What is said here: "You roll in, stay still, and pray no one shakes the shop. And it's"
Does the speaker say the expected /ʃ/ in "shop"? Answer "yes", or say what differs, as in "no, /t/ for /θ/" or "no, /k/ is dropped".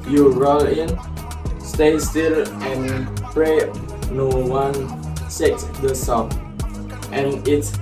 no, /s/ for /ʃ/